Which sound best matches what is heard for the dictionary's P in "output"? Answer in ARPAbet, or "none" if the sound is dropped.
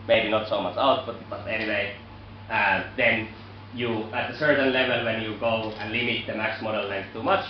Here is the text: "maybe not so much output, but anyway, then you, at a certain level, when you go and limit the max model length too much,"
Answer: B